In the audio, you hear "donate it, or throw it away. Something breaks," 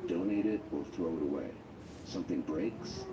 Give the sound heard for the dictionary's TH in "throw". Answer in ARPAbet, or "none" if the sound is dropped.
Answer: TH